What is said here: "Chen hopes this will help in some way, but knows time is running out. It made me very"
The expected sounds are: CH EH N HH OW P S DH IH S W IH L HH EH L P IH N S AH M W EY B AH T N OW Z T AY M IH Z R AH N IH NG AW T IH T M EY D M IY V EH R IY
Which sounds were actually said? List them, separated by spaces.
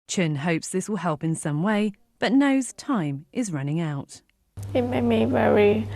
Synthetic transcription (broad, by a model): CH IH N HH OW P S DH IH S W IH L HH EH L P IH N S AH M W EY B AH T N OW Z T AY M IH Z R AH N IH NG AW T IH T M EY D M IY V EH R IY